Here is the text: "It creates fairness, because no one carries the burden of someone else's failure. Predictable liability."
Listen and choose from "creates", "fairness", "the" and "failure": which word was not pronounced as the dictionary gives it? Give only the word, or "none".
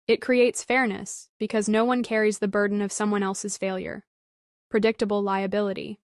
none